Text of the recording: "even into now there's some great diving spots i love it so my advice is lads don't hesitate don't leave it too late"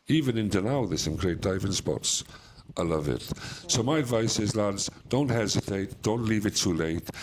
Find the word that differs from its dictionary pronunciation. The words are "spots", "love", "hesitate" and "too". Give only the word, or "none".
none